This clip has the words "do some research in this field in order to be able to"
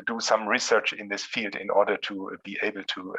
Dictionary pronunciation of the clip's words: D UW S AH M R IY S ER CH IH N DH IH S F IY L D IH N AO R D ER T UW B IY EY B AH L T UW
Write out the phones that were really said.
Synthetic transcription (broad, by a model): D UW S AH M R IY S ER CH IH N DH IH S F IY L D IH N AO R D ER T UW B IY EY B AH L T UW